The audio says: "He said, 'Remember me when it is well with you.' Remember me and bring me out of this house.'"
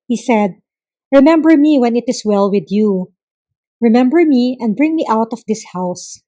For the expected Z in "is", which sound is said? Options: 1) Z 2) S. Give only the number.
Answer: 2